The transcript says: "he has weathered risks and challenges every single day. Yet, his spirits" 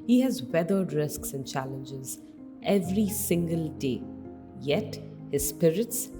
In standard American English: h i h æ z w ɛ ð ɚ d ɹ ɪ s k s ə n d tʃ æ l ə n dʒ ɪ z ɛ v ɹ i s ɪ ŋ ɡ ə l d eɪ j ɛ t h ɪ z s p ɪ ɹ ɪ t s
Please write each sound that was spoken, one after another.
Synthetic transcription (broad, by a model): h i h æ z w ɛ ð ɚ d ɹ ɪ s k s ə n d tʃ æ l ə n dʒ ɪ z ɛ v ɹ i s ɪ ŋ ɡ ə l d eɪ j ɛ t h ɪ z s p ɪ ɹ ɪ t s